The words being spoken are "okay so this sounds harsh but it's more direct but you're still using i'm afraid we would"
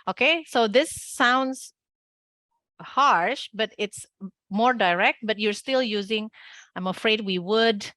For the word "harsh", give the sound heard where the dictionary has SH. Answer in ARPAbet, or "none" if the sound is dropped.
SH